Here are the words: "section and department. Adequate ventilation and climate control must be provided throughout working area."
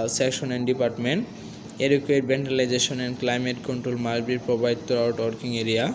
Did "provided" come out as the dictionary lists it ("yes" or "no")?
no